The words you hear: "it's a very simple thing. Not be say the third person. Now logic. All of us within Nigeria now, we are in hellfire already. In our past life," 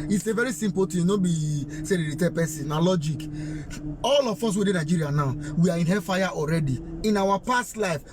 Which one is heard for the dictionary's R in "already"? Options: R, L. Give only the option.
R